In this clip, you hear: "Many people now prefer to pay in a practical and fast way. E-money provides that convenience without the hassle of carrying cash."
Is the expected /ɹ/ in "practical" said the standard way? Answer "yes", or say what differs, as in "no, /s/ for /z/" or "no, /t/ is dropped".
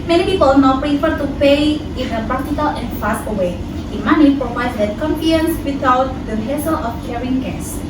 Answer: no, /ɹ/ is dropped